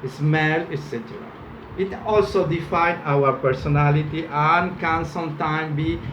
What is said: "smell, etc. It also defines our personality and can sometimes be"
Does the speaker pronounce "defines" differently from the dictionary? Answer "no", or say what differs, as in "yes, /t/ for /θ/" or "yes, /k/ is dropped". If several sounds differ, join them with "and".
yes, /z/ is dropped